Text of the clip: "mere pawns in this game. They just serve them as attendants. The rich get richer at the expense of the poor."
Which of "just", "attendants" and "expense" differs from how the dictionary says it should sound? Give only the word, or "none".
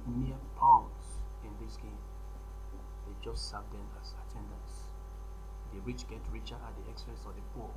expense